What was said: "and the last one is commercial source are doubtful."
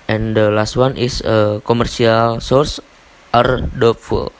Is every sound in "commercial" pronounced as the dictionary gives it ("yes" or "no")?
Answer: no